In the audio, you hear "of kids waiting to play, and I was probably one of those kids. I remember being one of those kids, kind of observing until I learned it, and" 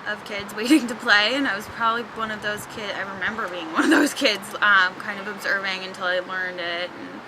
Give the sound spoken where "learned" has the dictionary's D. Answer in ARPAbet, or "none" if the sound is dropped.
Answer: D